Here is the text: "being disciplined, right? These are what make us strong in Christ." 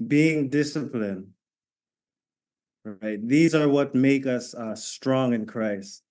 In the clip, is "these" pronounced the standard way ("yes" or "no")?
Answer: yes